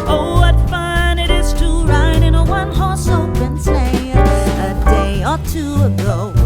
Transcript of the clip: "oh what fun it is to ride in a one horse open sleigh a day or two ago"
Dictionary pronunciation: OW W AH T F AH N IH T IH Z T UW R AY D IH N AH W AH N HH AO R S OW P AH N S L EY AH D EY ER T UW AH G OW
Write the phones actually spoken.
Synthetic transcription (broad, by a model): OW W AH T F AH N IH T IH Z T UW R AY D IH N AH W AH N HH AO R S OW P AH N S EY AH D EY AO T UW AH G OW